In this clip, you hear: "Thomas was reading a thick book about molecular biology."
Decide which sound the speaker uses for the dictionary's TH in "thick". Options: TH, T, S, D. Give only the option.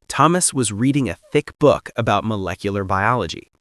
TH